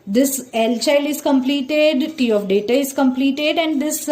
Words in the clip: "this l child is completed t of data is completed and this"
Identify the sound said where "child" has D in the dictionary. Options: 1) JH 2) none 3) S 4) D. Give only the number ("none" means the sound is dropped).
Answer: 2